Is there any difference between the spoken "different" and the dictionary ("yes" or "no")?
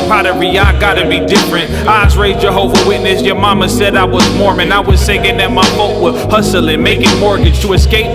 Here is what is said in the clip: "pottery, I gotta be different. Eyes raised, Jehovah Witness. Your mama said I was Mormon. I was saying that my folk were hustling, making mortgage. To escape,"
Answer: no